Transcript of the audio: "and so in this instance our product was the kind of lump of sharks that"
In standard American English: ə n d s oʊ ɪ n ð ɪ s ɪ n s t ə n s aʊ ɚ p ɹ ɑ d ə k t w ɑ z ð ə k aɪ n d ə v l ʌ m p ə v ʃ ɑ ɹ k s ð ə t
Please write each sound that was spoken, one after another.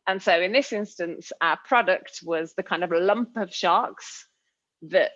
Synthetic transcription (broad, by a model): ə n s oʊ ɪ n ð ɪ s ɪ n s t ə n s aʊ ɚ p ɹ ɑ d ə k t w ɑ z ð ə k aɪ n d ə v l ʌ m p ə v ʃ ɑ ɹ k s ð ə t